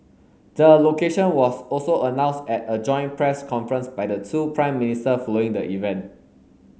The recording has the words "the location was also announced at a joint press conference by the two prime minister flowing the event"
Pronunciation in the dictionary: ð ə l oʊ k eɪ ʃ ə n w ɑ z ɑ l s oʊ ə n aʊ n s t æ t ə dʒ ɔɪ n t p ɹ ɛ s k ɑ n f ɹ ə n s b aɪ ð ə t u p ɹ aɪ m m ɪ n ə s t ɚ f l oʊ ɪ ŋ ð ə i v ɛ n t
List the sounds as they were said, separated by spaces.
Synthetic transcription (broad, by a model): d ə l oʊ k eɪ ʃ ə n w ɑ s ɑ l s oʊ ə n aʊ n s t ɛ t ə dʒ ɔɪ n p ɹ ɛ s k ɑ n f ɹ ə n s b aɪ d ə t u p ɹ aɪ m m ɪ n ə s t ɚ f l oʊ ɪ ŋ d ə i v ɛ n t